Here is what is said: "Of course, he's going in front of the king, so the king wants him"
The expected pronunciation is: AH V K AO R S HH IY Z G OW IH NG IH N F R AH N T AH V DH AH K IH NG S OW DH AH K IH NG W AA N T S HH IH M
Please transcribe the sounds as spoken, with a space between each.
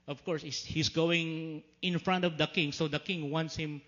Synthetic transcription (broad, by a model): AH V K AO R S HH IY S G OW IH NG IH N F R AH N T AH V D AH K IH NG S OW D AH K IH NG W AA N T S HH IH M